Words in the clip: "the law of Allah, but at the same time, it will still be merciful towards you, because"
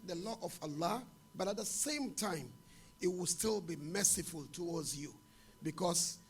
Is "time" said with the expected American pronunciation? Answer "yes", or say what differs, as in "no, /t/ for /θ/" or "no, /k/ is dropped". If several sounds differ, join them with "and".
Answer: yes